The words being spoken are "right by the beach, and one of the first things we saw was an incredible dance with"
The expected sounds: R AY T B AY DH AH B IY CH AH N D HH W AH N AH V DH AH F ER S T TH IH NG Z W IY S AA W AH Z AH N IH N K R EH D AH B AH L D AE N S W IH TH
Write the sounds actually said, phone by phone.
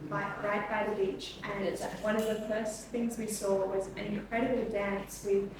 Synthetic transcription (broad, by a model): R AY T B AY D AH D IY CH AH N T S W AH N AH V DH AH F ER S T TH IH NG Z W IY S AA W AH Z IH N K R EH D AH B L D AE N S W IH